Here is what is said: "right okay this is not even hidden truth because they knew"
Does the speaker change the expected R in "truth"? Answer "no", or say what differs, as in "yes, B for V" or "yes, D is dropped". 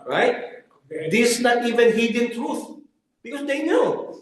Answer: no